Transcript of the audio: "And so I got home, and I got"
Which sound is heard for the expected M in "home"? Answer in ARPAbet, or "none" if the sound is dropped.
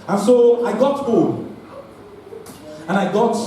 none